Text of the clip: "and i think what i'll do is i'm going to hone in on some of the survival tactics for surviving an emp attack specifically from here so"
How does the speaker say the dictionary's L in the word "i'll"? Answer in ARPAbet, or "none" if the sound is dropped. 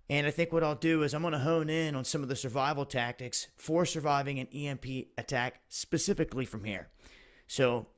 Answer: L